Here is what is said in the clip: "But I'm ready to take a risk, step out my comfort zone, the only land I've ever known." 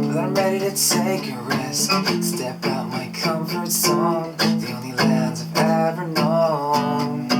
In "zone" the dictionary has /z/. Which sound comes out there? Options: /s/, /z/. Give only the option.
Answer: /s/